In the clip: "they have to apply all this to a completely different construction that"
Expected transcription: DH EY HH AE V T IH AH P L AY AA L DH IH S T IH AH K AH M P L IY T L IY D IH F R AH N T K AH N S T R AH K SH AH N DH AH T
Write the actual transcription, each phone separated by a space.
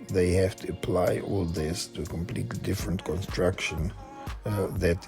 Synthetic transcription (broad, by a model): DH EY HH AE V T IH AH P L AY AA L DH IH S T IH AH K AH M P L IY T L IY D IH F R AH N T K AH N S T R AH K SH AH N DH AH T